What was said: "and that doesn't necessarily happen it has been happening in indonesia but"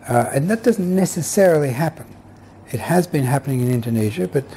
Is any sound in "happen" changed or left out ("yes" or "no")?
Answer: no